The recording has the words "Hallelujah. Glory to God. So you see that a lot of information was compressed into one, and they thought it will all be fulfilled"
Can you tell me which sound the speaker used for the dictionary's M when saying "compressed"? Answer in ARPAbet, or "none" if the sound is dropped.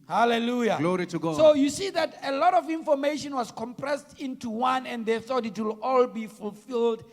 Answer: M